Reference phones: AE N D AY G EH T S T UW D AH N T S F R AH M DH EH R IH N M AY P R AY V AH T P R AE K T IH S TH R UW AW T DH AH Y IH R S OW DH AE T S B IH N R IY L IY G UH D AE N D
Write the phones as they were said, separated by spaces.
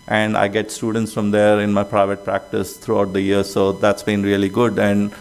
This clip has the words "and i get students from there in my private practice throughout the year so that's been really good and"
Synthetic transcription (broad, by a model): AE N D AY G EH T S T UW D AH N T S F R AH M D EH R IH N M AY P R AY V AH T P R AE K T IH S T R UW AW T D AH Y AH R S OW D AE T S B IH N R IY L IY G UH D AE N D